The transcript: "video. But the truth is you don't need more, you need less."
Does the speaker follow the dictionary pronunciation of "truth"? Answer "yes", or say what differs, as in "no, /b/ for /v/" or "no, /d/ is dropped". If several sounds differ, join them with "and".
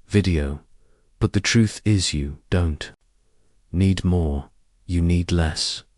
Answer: yes